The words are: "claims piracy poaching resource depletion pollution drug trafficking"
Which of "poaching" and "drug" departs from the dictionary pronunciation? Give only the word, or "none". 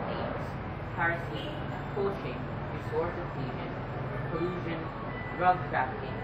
poaching